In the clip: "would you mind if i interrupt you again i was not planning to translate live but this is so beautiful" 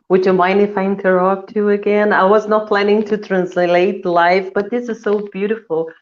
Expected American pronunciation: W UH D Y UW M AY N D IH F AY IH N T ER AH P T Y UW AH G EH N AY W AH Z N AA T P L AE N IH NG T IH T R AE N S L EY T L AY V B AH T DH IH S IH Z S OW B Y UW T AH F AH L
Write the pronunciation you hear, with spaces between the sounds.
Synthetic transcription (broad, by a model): W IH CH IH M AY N IH F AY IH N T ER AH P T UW AH G EH N AY W AH Z N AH T P L AE N IH NG T IH T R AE N S L EY T L AY F B AH T DH IH S IH Z S OW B Y UW T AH F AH L